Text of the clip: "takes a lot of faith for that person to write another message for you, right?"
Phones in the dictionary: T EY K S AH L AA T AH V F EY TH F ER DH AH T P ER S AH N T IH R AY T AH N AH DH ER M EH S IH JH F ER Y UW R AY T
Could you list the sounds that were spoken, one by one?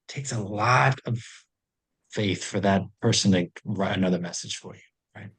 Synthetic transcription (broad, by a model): T EY K S AH L AA T AH V F EY TH F ER DH AH T P ER S AH N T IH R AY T AH N AH DH ER M EH S IH JH F ER Y UW R AY T